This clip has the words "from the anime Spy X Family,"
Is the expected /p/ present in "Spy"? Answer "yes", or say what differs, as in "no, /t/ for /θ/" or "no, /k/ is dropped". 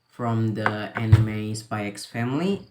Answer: no, /b/ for /p/